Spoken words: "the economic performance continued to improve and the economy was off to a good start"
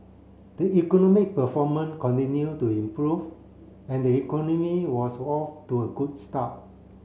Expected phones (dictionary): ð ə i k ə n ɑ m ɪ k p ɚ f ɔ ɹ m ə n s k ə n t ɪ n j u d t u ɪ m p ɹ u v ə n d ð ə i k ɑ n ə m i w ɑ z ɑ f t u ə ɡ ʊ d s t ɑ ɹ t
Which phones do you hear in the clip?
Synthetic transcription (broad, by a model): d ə i k ə n ɑ m ɪ k p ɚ f ɔ m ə n k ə n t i n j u t u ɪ m p ɹ u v ə n d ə i k ɑ n ə m i w ɑ s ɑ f t u ə ɡ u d s t ɑ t